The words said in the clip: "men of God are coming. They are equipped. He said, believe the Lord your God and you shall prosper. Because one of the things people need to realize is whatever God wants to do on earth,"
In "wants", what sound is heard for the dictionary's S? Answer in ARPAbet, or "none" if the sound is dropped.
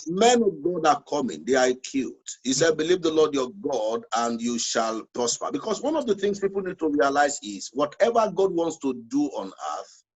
S